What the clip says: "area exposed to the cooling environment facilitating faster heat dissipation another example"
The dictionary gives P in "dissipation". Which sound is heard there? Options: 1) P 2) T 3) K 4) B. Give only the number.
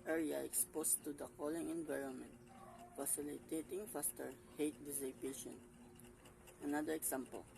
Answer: 4